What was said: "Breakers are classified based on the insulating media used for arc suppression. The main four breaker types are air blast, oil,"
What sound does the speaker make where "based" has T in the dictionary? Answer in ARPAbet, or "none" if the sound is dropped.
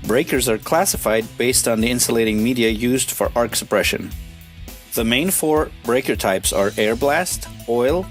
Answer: T